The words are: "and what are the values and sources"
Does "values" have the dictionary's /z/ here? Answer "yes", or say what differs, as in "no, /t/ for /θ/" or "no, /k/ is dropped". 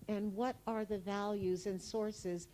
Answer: yes